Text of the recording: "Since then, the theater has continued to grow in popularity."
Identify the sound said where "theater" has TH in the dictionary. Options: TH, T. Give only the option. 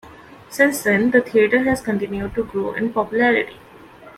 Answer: T